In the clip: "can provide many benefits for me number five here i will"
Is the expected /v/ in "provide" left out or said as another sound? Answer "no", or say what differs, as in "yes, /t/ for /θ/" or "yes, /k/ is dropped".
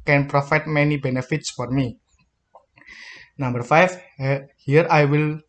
yes, /f/ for /v/